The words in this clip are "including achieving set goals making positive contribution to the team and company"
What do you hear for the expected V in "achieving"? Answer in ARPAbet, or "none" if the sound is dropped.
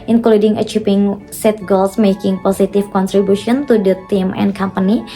P